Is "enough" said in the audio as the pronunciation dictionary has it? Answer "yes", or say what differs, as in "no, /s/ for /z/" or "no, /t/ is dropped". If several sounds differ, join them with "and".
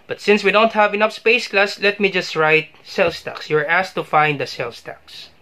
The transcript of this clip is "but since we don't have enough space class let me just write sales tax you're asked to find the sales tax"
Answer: no, /p/ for /f/